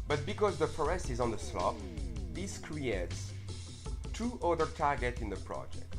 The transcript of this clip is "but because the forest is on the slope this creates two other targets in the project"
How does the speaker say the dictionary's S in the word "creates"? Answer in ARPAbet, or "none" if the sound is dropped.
S